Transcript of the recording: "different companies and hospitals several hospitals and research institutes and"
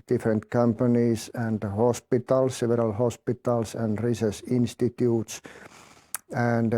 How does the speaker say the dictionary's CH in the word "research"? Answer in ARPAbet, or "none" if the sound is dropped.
S